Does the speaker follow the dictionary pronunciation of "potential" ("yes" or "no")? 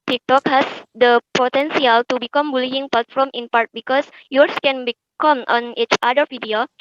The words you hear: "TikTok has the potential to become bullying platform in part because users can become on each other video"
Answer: no